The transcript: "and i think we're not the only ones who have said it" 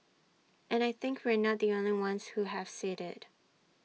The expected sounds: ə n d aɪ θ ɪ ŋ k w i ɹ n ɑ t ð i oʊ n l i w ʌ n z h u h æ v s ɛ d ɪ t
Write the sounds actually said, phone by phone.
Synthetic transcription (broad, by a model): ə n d aɪ θ ɪ ŋ k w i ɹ n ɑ t ð i oʊ n l i w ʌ n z h u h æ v s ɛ d ɪ t